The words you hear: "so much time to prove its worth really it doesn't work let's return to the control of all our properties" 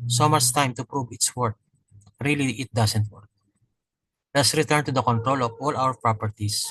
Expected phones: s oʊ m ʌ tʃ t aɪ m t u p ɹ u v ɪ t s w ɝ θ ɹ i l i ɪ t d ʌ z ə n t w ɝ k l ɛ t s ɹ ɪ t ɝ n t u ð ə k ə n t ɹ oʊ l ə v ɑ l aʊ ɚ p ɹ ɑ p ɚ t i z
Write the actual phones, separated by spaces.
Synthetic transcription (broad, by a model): s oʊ m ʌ s t aɪ m t u p ɹ u v ɪ t s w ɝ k ɹ i l i ɪ t d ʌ s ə n t w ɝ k l ɛ t s ɹ ɪ t ɝ n t u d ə k ə n t ɹ oʊ l ə v ɑ l aʊ ɚ p ɹ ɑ p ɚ t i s